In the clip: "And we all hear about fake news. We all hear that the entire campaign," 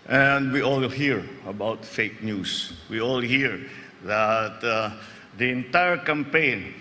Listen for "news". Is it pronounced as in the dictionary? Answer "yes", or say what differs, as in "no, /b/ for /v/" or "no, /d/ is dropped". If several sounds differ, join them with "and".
no, /s/ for /z/